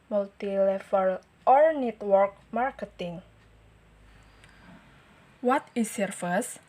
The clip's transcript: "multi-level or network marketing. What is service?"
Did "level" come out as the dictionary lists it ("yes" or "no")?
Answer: no